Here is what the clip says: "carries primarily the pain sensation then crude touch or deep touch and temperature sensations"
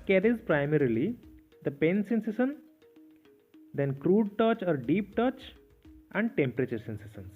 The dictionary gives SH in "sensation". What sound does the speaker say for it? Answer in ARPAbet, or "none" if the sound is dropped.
S